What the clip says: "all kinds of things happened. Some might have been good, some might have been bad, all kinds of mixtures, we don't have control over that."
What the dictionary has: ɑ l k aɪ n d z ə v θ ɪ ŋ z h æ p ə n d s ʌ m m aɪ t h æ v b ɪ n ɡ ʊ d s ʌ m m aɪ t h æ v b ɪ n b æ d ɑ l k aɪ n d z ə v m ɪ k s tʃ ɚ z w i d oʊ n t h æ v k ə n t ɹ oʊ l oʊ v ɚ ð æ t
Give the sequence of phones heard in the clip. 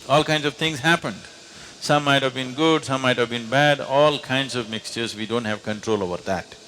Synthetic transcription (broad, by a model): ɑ l k aɪ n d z ə v t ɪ ŋ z h æ p ə n d s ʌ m m aɪ t h æ v b ɪ n ɡ ʊ d s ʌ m m aɪ t h æ v b ɪ n b æ d ɑ l k aɪ n d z ə v m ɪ k s tʃ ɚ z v i d oʊ n t h æ v k ə n t ɹ oʊ l oʊ v ɚ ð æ t